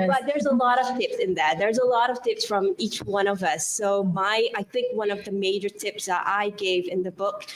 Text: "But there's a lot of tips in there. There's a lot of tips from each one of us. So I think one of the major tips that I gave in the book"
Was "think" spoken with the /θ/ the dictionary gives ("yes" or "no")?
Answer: yes